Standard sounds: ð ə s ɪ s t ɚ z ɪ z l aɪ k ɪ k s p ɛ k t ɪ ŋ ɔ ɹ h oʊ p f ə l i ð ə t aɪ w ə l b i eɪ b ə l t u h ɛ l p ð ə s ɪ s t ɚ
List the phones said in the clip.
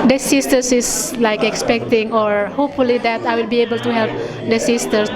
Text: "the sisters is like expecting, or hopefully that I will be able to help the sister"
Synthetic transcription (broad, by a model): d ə s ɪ s t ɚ s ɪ s l aɪ k ɪ k s p ɛ k t ɪ ŋ ɔ ɹ h oʊ p f ə l i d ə t aɪ w ə l b i eɪ b ə l t u h ɛ l p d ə s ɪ s t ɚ